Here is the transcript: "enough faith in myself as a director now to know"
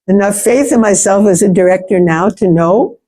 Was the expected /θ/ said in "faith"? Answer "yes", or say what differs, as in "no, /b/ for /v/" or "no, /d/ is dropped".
yes